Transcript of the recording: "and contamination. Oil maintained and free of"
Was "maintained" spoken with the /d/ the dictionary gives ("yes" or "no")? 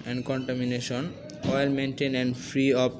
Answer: no